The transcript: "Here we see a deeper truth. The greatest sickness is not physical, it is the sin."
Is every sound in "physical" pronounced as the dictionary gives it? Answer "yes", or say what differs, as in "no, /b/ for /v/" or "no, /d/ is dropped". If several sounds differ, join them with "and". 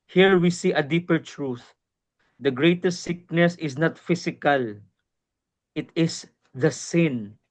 no, /s/ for /z/